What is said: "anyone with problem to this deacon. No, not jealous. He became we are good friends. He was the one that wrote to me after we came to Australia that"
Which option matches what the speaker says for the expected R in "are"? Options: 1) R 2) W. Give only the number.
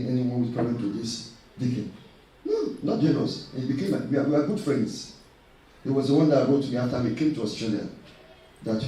2